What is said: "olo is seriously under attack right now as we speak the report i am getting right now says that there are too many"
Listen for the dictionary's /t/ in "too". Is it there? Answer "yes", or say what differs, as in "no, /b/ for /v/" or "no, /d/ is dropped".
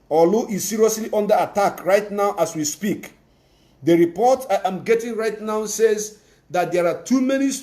yes